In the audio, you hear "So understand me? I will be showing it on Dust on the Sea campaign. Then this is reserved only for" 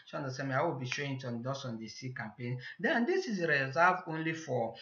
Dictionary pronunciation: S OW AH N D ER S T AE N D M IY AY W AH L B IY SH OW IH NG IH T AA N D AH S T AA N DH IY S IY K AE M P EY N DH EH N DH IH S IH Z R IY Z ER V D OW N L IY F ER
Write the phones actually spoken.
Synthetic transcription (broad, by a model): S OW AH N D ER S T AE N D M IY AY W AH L B IY SH OW IH NG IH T AA N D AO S AA N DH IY S IY K AE M P EY N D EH N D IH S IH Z R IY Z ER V OW N L IY F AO